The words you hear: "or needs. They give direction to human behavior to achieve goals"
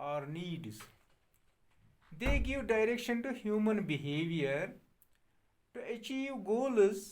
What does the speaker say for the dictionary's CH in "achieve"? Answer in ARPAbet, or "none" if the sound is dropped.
CH